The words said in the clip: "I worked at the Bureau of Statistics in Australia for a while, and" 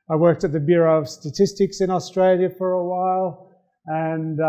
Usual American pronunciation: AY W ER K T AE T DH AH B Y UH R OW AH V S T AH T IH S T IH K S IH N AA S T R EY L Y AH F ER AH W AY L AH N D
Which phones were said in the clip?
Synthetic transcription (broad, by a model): AY W ER K T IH T DH AH B Y UH R OW AH V S T AH T IH S T IH K S IH N AA S T R EY L Y AH F ER AH W AY L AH N